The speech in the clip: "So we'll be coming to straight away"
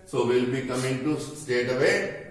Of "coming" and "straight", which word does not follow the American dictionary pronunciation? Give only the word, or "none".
straight